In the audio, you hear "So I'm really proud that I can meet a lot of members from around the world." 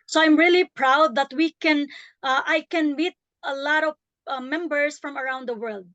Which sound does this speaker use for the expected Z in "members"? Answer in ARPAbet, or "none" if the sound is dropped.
S